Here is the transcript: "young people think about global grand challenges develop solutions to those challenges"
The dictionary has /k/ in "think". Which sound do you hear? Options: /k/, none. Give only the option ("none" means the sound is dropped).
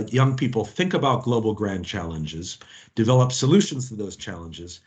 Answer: /k/